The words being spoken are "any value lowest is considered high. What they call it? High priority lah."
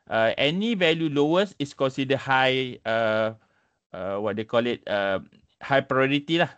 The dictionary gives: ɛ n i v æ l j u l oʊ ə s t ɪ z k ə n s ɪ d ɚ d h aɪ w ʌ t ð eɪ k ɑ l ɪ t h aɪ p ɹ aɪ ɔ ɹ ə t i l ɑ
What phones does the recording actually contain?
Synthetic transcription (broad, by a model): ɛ n i v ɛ l j u l oʊ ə s ɪ s k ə n s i d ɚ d h aɪ w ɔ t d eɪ k ɑ l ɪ t h aɪ p ɹ aɪ ɔ ɹ ə t i l ɑ